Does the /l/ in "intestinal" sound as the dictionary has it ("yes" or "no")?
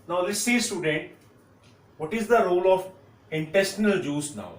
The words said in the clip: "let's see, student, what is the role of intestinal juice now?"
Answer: yes